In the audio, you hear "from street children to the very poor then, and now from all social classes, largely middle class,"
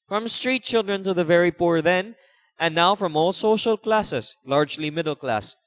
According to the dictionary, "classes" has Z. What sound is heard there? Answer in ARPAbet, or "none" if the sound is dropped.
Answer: S